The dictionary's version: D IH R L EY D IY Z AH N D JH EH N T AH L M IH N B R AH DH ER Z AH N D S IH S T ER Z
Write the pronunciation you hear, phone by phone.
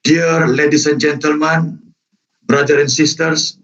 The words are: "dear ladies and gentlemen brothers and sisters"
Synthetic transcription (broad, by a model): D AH R L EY D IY S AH N JH EH N T AH L M IH N B R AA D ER AH N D S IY S T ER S